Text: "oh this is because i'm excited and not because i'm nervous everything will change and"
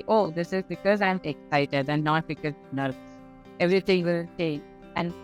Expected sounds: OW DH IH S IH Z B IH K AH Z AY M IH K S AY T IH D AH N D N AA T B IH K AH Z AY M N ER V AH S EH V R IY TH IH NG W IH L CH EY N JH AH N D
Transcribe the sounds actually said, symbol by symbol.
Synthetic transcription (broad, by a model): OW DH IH S IH Z B IH K AH Z AY M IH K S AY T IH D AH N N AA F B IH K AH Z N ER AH EH V R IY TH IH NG W IH L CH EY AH N